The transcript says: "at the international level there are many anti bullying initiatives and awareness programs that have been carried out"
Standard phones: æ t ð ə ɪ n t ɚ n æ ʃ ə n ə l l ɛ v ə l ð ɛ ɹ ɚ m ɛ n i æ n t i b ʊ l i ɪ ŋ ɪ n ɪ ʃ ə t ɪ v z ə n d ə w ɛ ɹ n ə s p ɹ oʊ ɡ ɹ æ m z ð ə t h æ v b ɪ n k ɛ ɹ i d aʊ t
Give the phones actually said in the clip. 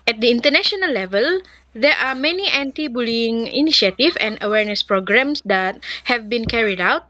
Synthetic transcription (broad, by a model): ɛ t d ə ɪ n t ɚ n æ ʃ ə n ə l l ɛ v ə l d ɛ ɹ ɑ m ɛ n i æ n t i b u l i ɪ ŋ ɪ n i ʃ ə t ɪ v ə n d ə w ɛ ɹ n ə s p ɹ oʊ ɡ ɹ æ m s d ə t h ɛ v b ɪ n k ɛ ɹ i d aʊ t